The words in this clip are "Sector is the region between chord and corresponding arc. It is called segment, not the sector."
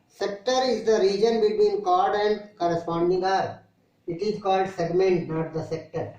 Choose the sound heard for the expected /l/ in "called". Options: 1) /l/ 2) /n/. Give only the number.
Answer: 1